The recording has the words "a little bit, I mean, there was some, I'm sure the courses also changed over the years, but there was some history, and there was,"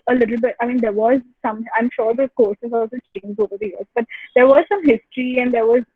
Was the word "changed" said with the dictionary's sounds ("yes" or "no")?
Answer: no